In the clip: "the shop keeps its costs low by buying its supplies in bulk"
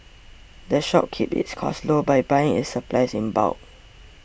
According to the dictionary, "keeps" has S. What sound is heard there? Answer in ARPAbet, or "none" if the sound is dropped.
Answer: none